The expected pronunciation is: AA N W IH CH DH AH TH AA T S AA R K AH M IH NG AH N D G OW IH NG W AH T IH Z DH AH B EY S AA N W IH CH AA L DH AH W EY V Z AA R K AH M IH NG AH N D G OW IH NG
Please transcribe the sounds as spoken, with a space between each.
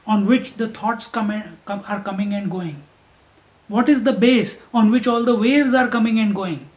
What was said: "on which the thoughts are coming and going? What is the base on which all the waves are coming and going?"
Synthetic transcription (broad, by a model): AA N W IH CH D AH T AA T S AA R K AH M IH NG AH N D G OW IH NG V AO T IH Z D AH B EY S AA N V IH CH AA L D AH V EY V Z AA R K AH M IH NG AH N D G OW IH NG